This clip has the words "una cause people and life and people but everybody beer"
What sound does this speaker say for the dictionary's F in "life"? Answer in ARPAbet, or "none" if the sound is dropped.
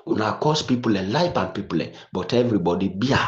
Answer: P